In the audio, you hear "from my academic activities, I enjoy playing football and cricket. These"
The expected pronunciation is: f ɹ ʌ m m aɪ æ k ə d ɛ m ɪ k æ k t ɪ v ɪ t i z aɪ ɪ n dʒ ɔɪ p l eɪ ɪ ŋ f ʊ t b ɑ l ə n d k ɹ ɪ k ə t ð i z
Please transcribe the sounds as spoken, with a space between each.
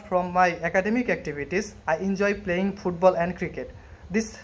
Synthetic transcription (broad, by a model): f ɹ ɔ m m aɪ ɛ k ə d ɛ m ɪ k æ k t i b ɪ t i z aɪ ɪ n dʒ ɔɪ p l eɪ ɪ ŋ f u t b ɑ l ə n d k ɹ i k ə t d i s